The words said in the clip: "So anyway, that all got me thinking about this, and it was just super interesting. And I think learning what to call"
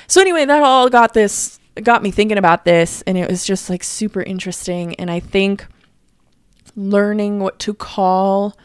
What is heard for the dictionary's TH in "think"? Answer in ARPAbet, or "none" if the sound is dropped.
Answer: TH